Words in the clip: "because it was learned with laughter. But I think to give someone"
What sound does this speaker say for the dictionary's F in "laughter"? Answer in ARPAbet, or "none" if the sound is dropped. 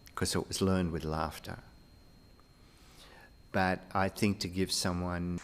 F